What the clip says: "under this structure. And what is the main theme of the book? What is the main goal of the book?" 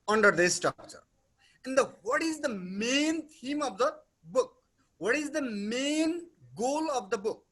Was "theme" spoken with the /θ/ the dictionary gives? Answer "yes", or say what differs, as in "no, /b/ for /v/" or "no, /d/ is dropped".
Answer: no, /t/ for /θ/